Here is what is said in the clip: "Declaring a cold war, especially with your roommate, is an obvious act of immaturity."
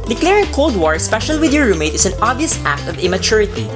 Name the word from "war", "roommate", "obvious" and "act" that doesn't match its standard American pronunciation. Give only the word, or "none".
none